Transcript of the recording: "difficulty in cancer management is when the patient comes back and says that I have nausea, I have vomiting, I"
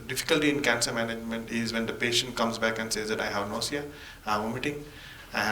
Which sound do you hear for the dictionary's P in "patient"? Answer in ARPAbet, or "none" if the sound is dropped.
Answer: P